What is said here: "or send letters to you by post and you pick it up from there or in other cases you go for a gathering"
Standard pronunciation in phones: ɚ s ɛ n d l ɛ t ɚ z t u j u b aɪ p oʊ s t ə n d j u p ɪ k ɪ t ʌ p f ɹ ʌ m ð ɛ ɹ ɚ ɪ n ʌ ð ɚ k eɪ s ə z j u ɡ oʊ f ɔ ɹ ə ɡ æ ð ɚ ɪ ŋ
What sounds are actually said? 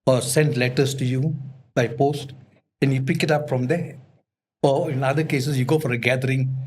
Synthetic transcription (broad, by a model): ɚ s ɛ n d l ɛ t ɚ s t u j u b aɪ p oʊ s t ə n j u p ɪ k ɪ t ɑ p f ɹ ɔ m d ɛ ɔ ɪ n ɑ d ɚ k eɪ s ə s j u ɡ oʊ f ɔ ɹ ə ɡ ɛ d ɚ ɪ ŋ